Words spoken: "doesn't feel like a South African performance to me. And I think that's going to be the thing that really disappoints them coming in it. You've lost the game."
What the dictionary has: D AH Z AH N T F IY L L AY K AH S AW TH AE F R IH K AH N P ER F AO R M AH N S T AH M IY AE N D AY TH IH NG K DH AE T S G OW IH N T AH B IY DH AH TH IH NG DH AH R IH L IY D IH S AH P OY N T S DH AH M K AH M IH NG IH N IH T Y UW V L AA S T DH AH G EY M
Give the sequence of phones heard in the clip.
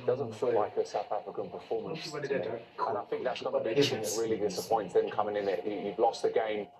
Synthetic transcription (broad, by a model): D AH Z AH N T F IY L L AY K AH S AW TH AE F R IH K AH N P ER F AO M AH N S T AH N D AY TH IH NG K DH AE T S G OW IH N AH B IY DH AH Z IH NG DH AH R IH L IY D IH S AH P OY N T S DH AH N K AH M IH NG IH N IH T Y UW V L AA S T DH AH G EY M